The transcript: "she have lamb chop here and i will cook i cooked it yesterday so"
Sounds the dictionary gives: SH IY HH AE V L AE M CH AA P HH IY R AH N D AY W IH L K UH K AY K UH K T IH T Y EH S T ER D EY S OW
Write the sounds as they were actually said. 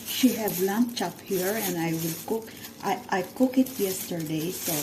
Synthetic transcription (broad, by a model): SH IY HH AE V L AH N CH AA P HH IY R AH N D AY W IH L K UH K AY K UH K IH T Y EH S T ER D EY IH